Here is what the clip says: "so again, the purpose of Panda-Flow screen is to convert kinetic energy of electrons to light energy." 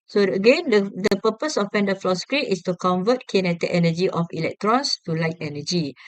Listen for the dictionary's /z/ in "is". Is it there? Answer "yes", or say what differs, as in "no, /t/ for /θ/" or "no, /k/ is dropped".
no, /s/ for /z/